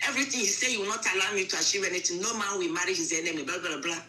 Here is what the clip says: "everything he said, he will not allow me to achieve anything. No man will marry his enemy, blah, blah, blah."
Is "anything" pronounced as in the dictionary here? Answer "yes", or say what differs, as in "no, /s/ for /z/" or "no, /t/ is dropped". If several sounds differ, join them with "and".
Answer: no, /t/ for /θ/